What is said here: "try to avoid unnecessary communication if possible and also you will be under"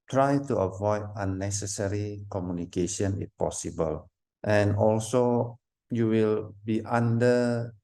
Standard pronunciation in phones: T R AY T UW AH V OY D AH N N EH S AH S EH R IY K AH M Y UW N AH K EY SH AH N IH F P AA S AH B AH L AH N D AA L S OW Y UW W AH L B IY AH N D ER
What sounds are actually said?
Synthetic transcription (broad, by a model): T R AY T UW AH V OY D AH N N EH S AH S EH R IY K AH M Y UW N AH K EY SH AH N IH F P AA S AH B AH L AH N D AA L S OW Y UW W AH L B IY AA N D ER